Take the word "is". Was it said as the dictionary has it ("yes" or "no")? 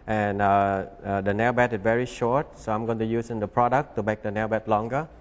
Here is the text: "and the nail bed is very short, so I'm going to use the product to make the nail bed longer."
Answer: no